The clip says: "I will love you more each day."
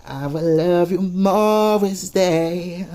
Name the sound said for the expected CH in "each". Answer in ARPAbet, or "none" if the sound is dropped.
S